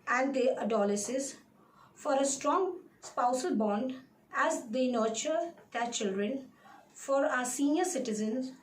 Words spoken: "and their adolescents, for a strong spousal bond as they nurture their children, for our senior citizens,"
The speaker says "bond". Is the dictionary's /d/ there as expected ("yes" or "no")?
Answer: yes